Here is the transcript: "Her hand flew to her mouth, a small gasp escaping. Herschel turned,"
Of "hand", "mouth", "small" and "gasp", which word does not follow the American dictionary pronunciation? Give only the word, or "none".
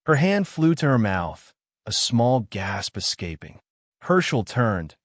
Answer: none